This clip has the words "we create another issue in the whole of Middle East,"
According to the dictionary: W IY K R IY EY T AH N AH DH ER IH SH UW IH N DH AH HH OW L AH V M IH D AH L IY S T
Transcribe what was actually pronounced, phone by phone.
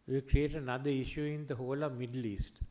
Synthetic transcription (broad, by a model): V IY K R IY EY T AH N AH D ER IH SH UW IH N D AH HH OW L AH V M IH D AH L IY S T